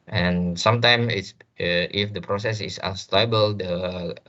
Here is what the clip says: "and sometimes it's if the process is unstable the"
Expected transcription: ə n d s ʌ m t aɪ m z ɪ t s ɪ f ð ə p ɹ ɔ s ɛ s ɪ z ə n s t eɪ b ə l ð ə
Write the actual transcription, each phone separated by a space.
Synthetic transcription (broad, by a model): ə n s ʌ m t aɪ m ɪ t s ɪ f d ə p ɹ ɔ s ɛ s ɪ s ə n s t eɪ b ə l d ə